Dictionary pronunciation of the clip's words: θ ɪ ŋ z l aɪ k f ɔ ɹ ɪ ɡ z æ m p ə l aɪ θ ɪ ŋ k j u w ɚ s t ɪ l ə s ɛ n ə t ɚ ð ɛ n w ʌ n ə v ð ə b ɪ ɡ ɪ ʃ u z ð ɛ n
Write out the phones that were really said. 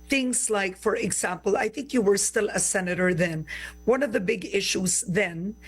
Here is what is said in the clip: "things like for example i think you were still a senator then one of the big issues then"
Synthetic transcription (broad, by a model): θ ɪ ŋ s l aɪ k f ɔ ɹ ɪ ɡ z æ m p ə l aɪ θ ɪ ŋ k j u w ɚ s t ɪ l ə s ɛ n ə t ɚ ð ɛ n w ʌ n ə v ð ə b ɪ ɡ ɪ ʃ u s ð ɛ n